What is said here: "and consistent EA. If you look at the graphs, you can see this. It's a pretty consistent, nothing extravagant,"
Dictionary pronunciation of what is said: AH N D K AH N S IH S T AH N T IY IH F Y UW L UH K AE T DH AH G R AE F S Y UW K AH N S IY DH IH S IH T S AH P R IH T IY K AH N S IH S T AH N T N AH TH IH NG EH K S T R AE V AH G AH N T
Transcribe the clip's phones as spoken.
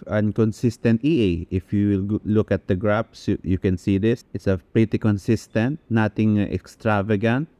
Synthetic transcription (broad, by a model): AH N K AH N S IH S T AH N T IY IH F Y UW L UH K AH T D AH G R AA P S Y UW K AH N S IY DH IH S IH T S AH P R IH T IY K AH N S IH S T AH N T N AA T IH NG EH K S T R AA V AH G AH N T